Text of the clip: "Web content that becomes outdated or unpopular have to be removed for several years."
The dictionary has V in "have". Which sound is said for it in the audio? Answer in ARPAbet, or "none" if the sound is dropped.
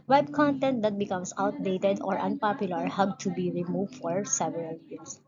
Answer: B